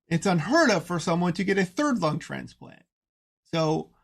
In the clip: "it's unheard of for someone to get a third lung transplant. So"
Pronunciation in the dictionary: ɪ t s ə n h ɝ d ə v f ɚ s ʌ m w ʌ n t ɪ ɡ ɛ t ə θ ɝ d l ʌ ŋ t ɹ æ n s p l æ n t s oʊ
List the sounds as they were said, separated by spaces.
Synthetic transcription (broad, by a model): ɪ t s ə n h ɝ d ə v f ɚ s ʌ m w ʌ n t ɪ ɡ ɛ t ə θ ɝ d l ʌ ŋ t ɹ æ n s p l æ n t s oʊ